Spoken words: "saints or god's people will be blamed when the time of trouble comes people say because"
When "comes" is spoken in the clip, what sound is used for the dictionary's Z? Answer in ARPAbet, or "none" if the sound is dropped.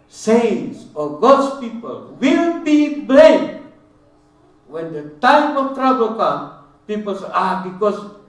none